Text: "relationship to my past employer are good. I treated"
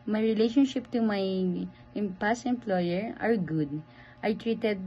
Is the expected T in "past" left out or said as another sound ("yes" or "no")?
yes